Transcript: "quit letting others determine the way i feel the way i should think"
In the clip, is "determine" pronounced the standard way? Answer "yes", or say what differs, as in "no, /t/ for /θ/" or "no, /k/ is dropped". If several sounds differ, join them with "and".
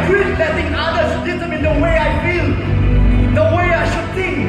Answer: no, /s/ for /t/